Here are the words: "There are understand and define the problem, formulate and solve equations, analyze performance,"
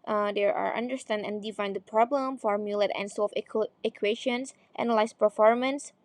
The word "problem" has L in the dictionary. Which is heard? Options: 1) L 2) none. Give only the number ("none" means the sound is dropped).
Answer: 1